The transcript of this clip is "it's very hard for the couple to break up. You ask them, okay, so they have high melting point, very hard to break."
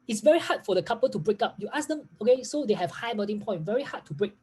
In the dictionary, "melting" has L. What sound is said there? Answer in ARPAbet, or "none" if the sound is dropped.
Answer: none